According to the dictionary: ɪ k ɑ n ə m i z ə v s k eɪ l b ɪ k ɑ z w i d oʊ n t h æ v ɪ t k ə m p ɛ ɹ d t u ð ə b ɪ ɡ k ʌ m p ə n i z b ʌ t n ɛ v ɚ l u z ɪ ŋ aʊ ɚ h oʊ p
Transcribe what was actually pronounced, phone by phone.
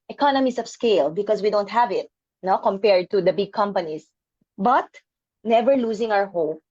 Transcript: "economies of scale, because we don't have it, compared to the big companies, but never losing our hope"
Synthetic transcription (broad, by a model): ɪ k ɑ n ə m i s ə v s k eɪ l b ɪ k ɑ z w i d oʊ n t h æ v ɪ t k ə m p ɛ ɹ d t u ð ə b ɪ ɡ k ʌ m p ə n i s b ʌ t n ɛ v ɚ l u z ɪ ŋ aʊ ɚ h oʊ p